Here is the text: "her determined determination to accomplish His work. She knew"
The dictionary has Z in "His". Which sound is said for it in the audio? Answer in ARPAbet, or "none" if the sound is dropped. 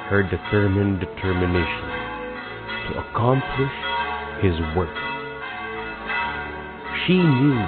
Z